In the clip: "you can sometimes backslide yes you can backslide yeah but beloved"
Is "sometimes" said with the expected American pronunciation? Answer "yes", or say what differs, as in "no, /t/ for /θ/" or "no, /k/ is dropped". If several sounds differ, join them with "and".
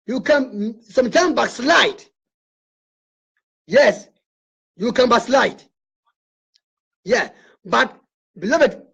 no, /z/ is dropped